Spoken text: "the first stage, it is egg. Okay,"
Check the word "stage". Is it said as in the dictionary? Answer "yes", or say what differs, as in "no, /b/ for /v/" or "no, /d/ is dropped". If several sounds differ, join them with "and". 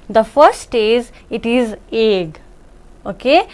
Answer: no, /z/ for /dʒ/